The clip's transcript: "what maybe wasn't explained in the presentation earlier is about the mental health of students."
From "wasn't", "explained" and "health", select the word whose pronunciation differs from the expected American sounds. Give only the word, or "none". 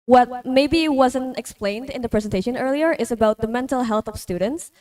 none